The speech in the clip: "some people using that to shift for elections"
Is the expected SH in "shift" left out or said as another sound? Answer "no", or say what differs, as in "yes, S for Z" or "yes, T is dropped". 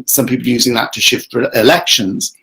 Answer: no